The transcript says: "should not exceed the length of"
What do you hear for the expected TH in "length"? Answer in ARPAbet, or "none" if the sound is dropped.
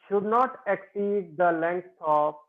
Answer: S